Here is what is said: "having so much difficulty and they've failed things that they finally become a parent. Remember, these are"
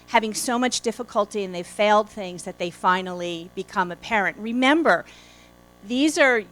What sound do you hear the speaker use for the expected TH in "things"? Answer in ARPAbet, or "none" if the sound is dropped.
TH